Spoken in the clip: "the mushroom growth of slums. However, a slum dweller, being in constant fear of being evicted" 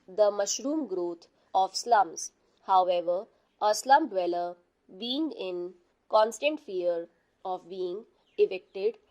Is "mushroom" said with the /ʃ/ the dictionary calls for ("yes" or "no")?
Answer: yes